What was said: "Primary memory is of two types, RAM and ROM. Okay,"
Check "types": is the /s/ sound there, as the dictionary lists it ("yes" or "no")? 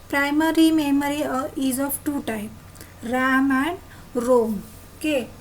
no